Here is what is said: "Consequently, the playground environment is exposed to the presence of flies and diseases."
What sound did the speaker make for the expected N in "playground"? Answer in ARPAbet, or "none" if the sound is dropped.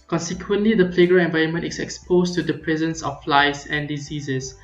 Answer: none